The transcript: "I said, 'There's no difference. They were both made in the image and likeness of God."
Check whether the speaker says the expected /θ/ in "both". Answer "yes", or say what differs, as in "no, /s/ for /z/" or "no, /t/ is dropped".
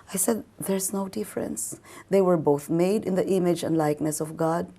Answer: yes